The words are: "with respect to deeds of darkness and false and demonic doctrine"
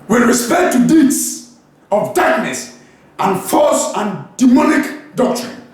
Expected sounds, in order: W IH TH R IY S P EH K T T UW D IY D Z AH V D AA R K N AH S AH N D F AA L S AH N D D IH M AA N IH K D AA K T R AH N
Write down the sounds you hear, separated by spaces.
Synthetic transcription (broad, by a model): W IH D R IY S P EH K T T UW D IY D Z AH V D AA R K N AH S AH N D F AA S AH N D D IH M AA N IH K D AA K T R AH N